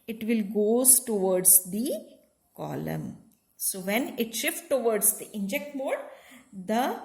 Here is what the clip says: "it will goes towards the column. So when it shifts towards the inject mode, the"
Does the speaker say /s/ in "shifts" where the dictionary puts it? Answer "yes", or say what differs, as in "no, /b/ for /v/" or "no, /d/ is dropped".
no, /s/ is dropped